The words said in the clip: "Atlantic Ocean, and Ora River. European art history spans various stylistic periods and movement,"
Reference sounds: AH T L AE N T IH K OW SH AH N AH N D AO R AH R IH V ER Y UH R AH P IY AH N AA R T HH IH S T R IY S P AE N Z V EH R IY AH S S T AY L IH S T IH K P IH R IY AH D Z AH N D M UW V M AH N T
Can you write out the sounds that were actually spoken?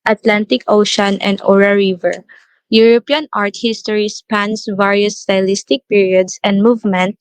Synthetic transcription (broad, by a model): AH T L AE N T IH K OW SH AH N AH N D AO R AH R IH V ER Y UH R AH P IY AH N AA R T HH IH S T R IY S P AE N S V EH R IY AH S S T AY L IH S T IH K P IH R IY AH D S AH N D M UW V M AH N T